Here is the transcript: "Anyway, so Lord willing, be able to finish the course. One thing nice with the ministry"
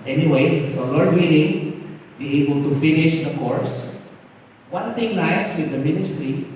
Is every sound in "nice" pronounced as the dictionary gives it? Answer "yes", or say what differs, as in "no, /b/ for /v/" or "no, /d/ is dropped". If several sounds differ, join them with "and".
no, /l/ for /n/